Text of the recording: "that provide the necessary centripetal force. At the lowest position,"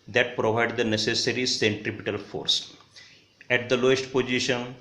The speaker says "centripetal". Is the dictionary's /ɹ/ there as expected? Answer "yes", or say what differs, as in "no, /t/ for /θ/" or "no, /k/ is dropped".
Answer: yes